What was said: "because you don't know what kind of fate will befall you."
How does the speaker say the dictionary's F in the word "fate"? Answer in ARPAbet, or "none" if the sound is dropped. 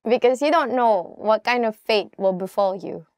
F